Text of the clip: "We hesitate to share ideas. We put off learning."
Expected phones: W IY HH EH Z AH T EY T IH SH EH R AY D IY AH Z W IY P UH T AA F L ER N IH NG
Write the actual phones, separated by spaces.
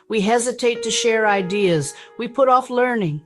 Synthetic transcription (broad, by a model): W IY HH EH Z AH T EY T IH SH EH R AY D IY AH Z W IY P UH T AA F L ER N IH NG